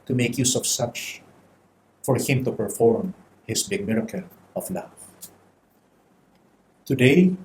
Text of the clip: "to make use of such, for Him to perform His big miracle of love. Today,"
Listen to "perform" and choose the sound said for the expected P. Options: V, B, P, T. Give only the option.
P